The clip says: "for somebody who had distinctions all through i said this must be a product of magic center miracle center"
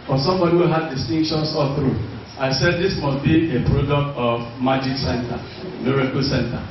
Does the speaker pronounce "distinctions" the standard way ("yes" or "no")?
no